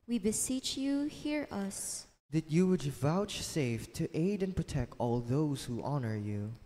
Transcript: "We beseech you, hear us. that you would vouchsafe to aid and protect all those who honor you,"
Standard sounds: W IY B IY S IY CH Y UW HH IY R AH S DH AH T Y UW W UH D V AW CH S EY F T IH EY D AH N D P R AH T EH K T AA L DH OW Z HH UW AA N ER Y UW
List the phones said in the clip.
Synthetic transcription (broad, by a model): W IY B IY S IY CH Y UW HH IY R AH S DH AH T Y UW W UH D V AW CH S EY F T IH EY D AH N P R AH T EH K T AA L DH OW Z HH UW AA N ER Y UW